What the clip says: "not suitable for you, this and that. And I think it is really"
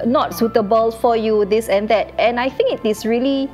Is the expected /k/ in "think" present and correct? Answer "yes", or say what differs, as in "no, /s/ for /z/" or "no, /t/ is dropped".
yes